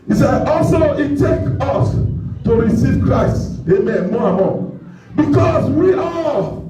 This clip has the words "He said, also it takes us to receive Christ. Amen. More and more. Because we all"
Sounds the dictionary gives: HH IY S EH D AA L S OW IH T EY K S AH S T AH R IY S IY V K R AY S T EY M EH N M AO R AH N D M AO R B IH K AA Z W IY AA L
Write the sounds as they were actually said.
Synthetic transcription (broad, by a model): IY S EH AA L S OW IH T EY K AH S T AH R IY S IY V K R AY S T EY M EH N M AO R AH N M AO B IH K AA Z W IY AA